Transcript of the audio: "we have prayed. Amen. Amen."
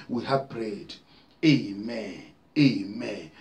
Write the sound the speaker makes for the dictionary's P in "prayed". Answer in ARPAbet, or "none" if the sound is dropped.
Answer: B